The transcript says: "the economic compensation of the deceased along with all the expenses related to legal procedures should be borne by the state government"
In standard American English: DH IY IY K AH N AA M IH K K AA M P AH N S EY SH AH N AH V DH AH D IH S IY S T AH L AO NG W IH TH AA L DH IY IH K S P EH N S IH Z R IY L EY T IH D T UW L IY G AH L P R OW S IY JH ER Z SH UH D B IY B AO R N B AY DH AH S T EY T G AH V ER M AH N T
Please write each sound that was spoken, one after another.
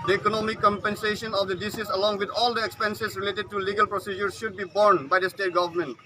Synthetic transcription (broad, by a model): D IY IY K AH N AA M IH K K AA M P AH N S EY SH AH N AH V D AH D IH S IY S AH L AO NG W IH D AA L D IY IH K S P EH N S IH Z R IY L EY T IH D T UW L IY G AH L P R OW S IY JH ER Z SH UH D B IY B AO R N B AY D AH S T EY T G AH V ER M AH N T